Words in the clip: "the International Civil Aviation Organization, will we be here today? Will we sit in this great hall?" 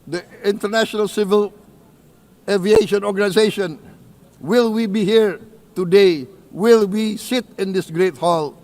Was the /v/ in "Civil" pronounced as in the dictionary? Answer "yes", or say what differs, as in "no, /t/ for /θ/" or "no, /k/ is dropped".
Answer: yes